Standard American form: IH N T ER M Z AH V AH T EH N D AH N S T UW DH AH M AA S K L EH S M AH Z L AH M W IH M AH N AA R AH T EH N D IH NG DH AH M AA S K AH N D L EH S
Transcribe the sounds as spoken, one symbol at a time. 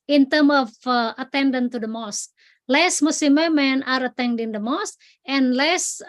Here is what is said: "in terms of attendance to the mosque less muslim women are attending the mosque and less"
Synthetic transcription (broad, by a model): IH N T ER M AH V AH T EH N D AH N T UW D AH M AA S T L EH S M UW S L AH M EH M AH N AA R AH T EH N D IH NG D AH M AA S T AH N L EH S